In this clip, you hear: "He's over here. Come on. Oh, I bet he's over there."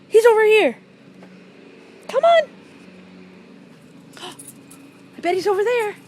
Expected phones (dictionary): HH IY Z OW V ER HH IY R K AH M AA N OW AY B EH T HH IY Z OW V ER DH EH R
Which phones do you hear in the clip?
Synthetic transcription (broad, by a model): HH IY Z OW V ER HH IY R K AH M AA N OW AY B EH T HH IY Z OW V ER DH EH R